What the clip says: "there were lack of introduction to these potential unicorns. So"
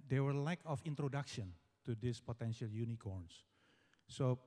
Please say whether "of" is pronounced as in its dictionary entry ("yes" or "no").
no